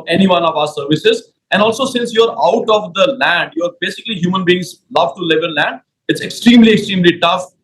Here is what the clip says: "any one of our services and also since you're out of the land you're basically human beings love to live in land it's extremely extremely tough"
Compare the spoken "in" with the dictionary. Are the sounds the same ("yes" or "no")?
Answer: no